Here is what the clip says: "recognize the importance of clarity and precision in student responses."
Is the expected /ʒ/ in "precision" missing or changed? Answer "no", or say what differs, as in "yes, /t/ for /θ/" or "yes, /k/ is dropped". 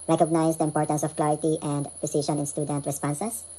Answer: yes, /ʃ/ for /ʒ/